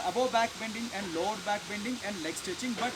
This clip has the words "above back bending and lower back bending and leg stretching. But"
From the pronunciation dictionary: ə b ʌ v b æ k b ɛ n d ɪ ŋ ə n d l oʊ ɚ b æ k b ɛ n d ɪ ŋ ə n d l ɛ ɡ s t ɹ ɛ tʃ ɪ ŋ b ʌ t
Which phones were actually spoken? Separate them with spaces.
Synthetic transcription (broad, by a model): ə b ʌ b æ k b ɛ n d ɪ ŋ ə n d l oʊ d b æ k b ɛ n d ɪ ŋ ə n d l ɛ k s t ɛ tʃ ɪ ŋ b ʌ t